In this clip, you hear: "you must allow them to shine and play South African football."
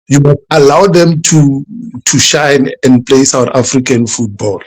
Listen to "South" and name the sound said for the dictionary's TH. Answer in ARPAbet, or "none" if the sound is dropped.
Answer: T